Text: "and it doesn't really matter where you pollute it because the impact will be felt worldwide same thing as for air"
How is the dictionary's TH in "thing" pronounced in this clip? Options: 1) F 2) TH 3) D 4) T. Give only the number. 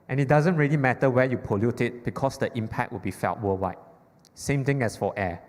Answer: 4